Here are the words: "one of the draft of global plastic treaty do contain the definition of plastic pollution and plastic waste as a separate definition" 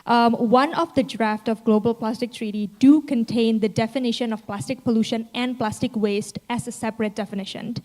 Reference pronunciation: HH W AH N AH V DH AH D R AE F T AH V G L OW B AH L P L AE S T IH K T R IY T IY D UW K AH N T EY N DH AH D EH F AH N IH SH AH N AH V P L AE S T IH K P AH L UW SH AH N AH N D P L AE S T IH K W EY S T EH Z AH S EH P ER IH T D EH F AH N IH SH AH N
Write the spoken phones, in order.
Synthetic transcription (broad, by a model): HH W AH N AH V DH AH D R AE F T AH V G L OW B AH L P L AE S T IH K T R IY T IY D UW K AH N T EY N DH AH D EH F AH N IH SH AH N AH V P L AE S T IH K P AH L UW SH AH N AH N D P L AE S T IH K W EY S T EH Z AH S EH P ER IH T D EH F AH N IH SH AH N